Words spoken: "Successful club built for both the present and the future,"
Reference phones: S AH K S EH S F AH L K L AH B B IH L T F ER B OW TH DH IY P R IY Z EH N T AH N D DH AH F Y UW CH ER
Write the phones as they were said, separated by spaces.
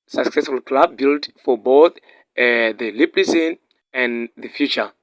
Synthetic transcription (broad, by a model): S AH K S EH S F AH L K L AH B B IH L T F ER B OW TH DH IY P L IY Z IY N AH N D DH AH F Y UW CH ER